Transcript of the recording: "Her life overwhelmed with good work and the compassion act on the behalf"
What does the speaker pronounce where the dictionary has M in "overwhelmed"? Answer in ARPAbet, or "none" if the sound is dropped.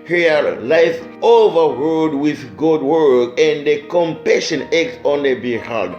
none